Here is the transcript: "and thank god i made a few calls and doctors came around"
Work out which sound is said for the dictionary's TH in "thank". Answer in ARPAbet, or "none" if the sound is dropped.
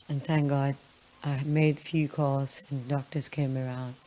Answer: TH